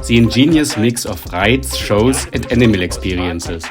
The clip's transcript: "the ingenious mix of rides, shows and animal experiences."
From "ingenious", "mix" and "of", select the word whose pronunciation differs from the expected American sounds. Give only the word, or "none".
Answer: of